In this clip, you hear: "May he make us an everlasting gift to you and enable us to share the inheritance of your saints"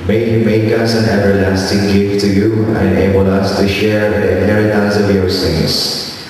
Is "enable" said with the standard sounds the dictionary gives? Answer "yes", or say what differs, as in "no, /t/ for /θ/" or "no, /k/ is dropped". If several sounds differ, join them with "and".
no, /n/ is dropped